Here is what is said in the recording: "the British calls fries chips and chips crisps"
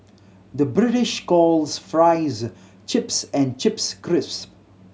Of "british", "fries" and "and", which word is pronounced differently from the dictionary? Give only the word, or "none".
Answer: none